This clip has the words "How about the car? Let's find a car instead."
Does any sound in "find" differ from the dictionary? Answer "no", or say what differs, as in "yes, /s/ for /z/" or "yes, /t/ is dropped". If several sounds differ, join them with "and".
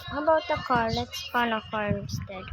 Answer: yes, /d/ is dropped